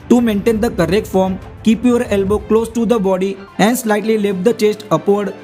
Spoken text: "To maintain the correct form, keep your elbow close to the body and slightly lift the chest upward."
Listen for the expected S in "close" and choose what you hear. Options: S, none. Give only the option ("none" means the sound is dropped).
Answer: S